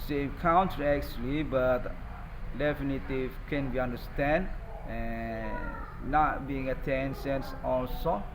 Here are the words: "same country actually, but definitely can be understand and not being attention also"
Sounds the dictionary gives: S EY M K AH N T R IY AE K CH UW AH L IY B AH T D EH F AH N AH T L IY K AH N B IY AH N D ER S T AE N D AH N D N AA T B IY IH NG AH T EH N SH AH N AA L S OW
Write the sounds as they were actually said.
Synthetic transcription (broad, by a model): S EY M K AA N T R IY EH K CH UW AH L IY B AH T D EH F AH N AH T IY K AH N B IY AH N D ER S T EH N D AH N N AA T B IY IH NG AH T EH N S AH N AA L S OW